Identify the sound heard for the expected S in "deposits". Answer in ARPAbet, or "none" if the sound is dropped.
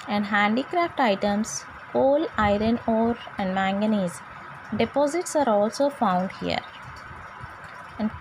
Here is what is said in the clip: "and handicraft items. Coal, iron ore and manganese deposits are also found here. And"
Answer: S